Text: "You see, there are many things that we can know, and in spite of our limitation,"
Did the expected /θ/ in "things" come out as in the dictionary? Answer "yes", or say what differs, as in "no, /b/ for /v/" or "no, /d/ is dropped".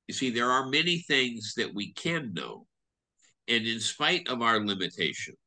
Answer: yes